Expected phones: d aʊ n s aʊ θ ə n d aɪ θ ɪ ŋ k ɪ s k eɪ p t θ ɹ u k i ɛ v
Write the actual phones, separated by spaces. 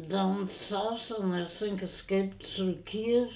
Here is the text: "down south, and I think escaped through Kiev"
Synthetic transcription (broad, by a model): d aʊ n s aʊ s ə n aɪ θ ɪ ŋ k ɪ s k eɪ p t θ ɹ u k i